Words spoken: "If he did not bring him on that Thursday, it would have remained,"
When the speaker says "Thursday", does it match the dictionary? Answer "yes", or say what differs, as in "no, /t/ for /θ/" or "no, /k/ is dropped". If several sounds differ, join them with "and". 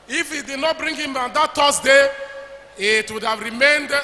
no, /t/ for /θ/ and /s/ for /z/